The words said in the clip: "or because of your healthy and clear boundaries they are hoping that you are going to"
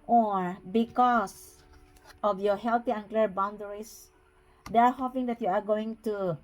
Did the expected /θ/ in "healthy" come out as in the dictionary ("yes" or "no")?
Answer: no